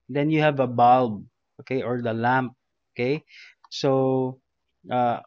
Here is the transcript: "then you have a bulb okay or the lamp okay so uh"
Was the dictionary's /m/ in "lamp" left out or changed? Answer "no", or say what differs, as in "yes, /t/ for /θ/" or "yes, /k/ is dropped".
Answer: no